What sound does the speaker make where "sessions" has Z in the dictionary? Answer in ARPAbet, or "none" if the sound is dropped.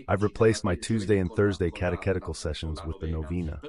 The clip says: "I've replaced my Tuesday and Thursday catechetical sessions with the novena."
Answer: Z